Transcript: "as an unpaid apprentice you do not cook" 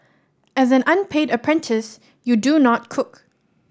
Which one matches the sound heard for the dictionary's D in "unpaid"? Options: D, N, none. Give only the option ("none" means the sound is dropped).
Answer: D